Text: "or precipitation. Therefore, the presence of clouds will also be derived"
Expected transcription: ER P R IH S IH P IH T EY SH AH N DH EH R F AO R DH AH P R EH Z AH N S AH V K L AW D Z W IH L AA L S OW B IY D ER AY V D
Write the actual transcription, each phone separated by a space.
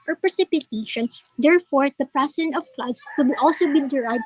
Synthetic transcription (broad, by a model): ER P R IH S IH P IH T EY SH AH N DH EH R F AO R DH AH P R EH S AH N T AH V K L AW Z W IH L AA L S OW B IY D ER AY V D